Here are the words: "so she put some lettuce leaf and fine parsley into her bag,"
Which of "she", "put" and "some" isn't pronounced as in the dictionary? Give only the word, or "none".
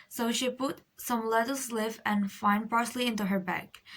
none